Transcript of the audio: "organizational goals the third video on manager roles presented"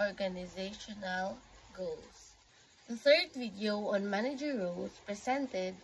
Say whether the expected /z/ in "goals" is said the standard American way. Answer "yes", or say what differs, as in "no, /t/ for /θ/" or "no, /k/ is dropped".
no, /s/ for /z/